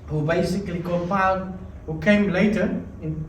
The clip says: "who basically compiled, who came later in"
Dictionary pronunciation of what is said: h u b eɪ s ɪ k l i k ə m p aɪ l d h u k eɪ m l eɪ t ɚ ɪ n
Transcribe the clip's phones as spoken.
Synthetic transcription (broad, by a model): h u b eɪ s ɪ k l i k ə p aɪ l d h u k eɪ m l eɪ t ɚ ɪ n